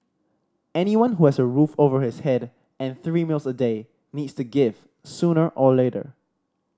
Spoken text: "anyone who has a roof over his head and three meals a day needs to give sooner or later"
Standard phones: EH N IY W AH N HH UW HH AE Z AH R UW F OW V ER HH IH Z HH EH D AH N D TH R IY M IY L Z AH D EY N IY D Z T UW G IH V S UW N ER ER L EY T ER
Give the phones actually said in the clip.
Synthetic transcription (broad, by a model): EH N IY W AH N HH UW HH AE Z AH R UW F OW V ER HH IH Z HH EH D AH N TH R IY M IY L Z AH D EY N IY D S T UW G IH V S UW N ER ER L EY T ER